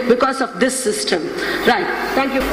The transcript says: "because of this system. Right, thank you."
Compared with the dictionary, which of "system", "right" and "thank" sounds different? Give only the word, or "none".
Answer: thank